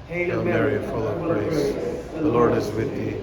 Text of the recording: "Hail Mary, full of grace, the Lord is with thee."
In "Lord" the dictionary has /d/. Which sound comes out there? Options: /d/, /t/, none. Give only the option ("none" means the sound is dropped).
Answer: /d/